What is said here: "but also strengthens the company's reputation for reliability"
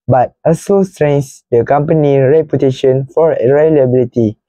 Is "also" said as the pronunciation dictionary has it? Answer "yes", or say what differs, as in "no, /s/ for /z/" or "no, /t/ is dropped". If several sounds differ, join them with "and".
no, /l/ is dropped